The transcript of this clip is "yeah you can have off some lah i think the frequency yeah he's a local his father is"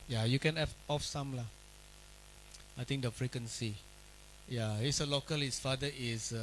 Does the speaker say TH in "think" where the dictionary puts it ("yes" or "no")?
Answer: no